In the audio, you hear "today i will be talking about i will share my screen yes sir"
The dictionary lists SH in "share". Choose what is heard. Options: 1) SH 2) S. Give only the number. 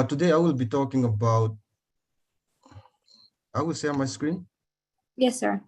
2